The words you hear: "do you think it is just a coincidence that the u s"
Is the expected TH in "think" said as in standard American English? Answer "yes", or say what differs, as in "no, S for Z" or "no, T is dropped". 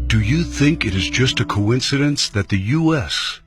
yes